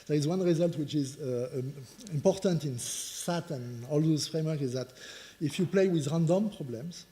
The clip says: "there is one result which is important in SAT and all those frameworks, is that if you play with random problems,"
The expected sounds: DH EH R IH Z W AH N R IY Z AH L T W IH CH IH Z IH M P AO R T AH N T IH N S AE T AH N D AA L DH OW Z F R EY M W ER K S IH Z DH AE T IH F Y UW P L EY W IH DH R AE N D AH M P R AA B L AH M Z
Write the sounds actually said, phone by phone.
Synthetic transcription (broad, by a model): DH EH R IH Z W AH N R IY Z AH L T W IH CH IH Z IH M P AO R T AH N T IH N S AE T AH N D AA L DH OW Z F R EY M W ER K IH Z DH AE T IH F Y UW P L EY W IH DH R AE N D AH M P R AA B L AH M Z